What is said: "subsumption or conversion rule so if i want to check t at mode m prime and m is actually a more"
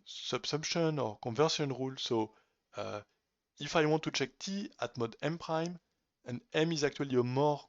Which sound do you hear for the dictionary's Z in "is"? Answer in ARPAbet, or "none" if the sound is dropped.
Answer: Z